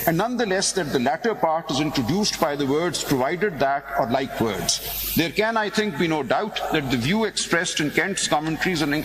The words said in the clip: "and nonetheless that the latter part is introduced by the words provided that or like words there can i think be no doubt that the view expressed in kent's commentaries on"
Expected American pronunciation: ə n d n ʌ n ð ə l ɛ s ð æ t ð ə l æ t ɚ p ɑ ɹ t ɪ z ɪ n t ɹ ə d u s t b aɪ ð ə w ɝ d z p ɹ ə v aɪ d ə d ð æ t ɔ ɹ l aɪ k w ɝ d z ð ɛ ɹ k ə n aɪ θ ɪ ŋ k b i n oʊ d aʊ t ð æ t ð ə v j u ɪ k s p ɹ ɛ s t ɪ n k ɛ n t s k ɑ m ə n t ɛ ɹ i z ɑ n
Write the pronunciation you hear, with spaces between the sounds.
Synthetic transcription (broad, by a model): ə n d n ʌ n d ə l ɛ s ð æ t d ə l æ t ɚ p ɑ ɹ t ɪ z ɪ n t ɹ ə d u s t b aɪ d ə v ɝ d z p ɹ ə v aɪ d ə d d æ t ɔ ɹ l aɪ k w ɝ d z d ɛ ɹ k ə n aɪ t ɪ ŋ k b i n oʊ d aʊ t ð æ t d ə v j u ɪ k s p ɹ ɛ s t ɪ n k ɛ n t s k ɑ m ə n t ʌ ɹ i z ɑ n